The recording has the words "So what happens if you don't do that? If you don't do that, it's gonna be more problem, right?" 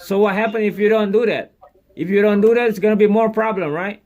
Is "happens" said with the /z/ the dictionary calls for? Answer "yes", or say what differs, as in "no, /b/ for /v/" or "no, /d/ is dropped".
no, /z/ is dropped